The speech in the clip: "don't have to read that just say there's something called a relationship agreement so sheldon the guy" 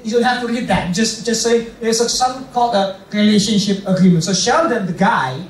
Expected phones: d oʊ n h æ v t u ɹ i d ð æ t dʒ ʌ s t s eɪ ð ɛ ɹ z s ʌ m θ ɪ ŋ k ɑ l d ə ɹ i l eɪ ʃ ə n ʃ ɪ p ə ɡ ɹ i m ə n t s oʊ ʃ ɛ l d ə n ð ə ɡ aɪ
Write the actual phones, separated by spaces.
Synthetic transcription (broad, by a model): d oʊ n h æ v t u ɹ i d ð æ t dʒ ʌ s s s eɪ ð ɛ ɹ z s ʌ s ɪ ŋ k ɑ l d ə ɹ i l eɪ ʃ ə n ʃ ɪ p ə ɡ ɹ i m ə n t s oʊ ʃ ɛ d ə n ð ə ɡ aɪ